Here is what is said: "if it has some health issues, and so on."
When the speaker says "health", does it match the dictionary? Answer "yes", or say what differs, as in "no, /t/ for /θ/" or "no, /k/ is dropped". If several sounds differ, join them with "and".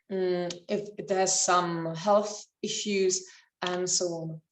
yes